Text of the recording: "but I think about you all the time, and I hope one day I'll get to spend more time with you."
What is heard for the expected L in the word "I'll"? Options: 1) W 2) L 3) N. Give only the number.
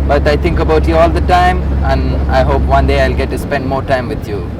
2